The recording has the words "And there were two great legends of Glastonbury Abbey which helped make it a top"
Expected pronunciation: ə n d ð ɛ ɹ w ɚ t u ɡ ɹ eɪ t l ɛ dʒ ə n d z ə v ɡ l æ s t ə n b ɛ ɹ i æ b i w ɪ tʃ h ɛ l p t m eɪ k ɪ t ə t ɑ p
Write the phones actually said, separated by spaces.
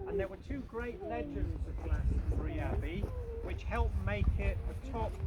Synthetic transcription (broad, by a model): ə n ð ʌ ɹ w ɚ t u ɡ ɹ eɪ t l ɛ dʒ ə n d z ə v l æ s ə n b ɹ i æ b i w ɪ tʃ h ɛ l p m eɪ k ɪ t ə t ɑ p